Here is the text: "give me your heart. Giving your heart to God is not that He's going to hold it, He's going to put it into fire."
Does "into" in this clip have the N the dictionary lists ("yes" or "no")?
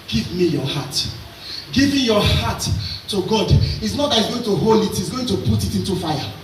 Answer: yes